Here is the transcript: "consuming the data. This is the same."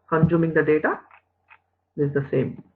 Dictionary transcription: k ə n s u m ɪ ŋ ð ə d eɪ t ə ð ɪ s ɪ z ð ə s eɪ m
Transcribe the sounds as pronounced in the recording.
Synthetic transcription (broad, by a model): k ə n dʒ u m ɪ ŋ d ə d eɪ t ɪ ɪ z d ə s eɪ m